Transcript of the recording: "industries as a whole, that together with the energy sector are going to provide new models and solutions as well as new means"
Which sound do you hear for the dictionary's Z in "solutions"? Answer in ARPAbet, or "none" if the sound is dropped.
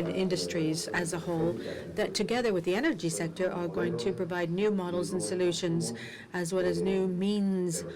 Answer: Z